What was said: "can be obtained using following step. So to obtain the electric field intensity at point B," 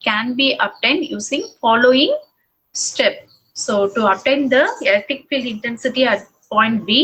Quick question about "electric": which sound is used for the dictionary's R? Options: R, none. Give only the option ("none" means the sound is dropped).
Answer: none